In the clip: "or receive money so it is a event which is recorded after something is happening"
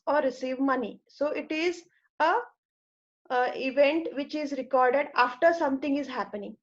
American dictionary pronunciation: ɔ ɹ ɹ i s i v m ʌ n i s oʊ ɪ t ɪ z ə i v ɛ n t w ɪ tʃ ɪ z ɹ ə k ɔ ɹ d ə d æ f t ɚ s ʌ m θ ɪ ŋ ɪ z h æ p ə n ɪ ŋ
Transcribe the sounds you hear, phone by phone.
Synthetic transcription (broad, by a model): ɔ ɹ ɹ i s i v m ʌ n i s oʊ ɪ t ɪ z ə i v ɛ n t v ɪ tʃ ɪ z ɹ ə k ɔ ɹ d ə d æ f t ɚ s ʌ m t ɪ ŋ ɪ z h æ p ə n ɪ ŋ